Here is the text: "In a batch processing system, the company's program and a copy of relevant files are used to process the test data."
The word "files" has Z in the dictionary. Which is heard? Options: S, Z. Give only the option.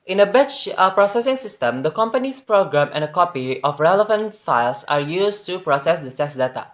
S